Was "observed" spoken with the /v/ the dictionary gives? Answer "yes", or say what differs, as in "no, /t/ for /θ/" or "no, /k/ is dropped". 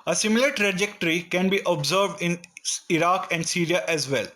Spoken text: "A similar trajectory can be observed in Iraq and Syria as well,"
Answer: yes